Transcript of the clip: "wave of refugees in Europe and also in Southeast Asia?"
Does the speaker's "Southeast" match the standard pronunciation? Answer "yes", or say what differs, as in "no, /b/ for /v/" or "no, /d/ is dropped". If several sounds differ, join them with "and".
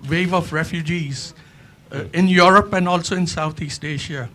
no, /t/ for /θ/